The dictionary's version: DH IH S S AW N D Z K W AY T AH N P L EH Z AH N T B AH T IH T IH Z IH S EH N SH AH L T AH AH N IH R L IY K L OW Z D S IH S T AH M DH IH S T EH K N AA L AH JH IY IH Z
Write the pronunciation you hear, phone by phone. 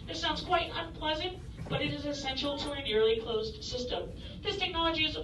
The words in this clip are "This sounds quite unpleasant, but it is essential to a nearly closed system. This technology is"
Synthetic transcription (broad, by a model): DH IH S S AW N D Z K W AY T AH N P L EH Z AH N T B AH T IH T IH Z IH S EH N SH L T AH AH N IH R L IY K L OW Z D S IH S T AH M DH IH S T EH K N AA L AH JH IY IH Z